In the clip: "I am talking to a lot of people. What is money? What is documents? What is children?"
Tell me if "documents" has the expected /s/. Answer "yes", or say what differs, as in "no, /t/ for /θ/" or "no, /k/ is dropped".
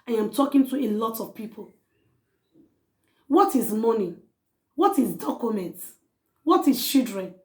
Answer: no, /s/ is dropped